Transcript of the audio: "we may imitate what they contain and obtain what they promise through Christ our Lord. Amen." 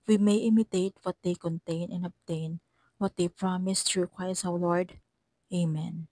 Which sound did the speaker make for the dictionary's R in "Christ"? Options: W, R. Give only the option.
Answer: W